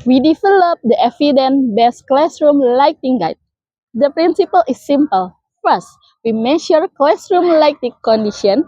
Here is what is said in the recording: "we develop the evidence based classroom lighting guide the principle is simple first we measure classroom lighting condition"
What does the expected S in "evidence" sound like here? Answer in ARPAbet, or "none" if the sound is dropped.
none